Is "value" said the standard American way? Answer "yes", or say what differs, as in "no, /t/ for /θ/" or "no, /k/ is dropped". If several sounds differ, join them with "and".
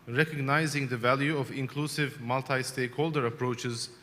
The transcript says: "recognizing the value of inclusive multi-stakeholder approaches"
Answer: yes